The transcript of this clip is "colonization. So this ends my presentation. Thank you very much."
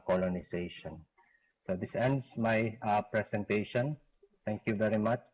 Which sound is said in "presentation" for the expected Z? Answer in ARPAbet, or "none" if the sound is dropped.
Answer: S